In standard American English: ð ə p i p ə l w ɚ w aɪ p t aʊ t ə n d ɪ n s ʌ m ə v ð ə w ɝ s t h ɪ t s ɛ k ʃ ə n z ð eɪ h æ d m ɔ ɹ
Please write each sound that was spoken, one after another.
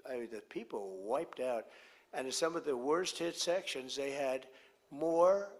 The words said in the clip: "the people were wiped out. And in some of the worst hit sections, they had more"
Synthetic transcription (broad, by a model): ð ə p i p l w w aɪ p t aʊ t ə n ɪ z s ʌ m ə v ð ə w ɝ s t h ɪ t s ɛ k ʃ ə n z ð eɪ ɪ d m ɔ ɹ